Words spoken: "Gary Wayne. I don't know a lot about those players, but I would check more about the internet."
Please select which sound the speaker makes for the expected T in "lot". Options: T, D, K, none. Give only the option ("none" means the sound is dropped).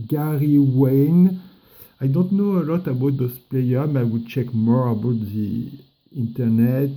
T